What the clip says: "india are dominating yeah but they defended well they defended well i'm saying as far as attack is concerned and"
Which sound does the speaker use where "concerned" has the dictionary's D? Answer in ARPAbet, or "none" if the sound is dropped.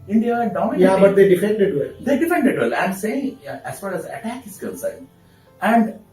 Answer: none